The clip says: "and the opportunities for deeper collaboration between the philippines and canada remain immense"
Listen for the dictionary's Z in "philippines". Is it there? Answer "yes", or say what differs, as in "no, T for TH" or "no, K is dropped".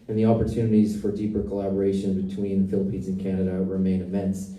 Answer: yes